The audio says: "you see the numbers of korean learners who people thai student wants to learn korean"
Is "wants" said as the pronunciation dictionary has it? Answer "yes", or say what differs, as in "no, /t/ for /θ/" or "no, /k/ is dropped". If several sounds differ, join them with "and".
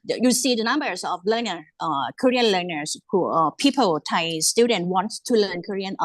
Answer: no, /s/ is dropped